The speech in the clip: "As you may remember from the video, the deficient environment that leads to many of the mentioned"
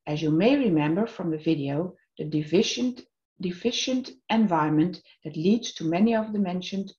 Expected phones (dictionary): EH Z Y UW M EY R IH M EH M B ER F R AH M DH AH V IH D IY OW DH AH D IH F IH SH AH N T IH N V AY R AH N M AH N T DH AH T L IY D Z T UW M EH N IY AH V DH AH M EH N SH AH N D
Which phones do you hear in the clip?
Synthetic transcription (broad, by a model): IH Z Y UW M EY R IH M EH M B ER F R AH M DH AH V IH D IY OW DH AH D IH F IH SH AH N T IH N V AY R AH N M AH N DH AH T L IY D Z T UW M EH N IY AH V DH AH M EH N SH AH N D